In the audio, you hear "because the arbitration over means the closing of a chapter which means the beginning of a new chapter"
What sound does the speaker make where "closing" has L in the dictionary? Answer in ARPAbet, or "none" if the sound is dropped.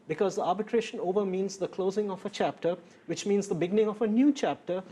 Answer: L